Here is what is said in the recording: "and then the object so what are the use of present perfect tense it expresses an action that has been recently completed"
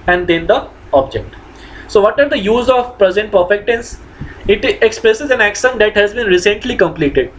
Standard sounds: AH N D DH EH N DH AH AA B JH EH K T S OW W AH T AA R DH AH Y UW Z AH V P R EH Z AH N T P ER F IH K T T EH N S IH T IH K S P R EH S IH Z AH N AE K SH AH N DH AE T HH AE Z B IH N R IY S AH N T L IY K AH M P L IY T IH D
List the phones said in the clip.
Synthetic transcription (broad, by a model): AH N D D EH N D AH AA B JH EH K T S OW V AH T AA R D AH Y UW Z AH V P R EH Z AH N T P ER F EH K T T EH N S IH T IH K S P R EH S IH Z AH N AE K S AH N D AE T HH AE Z B IH N R IY S AH N T L IY K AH M P L IY T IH D